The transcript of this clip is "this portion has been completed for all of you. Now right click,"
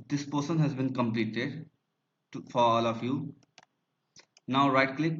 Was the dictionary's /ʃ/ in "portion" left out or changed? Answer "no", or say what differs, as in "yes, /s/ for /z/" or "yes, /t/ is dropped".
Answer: yes, /s/ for /ʃ/